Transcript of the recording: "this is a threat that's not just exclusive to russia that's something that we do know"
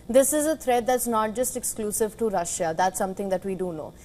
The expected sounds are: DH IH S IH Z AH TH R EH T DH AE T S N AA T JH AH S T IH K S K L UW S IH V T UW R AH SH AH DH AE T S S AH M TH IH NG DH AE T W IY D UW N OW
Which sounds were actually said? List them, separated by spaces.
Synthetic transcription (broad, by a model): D IH S IH Z AH T R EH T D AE T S N AA T JH AH S T IH K S K L UW S IH V T UW R AH SH AH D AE T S S AH M T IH NG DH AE T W IY D UW N OW